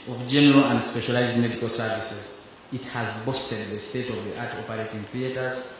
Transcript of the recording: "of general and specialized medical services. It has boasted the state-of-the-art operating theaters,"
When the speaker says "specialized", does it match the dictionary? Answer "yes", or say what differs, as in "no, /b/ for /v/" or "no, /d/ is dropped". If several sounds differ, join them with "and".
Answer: yes